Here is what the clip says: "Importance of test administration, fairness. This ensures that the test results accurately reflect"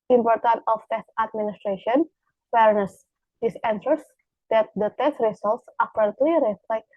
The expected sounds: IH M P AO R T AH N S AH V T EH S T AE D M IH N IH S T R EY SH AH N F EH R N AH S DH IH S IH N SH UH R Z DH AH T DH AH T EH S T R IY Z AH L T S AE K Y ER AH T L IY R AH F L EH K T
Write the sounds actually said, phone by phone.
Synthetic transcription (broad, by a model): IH M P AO R T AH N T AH F T EH S T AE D M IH N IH S T R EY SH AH N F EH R N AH S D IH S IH N S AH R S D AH T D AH T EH S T R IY S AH L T S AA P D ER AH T L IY R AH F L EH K